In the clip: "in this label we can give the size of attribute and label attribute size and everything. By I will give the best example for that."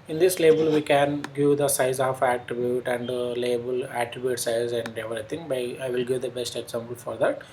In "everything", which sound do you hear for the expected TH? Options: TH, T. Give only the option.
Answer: T